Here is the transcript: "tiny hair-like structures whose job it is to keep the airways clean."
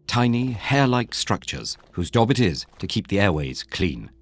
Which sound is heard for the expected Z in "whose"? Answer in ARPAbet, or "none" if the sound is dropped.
Z